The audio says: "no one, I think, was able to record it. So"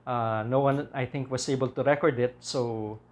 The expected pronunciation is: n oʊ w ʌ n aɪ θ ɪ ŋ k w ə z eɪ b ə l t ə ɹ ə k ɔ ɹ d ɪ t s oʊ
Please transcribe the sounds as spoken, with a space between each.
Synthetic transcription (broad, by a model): n oʊ w ʌ n aɪ θ ɪ ŋ k w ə s eɪ b ə l t ə ɹ ə k ɔ ɹ d ɪ t s oʊ